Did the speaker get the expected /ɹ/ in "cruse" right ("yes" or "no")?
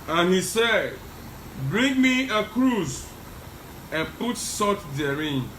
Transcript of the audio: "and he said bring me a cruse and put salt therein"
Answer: yes